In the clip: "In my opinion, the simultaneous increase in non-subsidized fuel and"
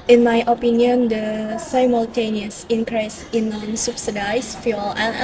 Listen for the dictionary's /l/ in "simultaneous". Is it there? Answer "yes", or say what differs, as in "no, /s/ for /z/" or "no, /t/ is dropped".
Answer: yes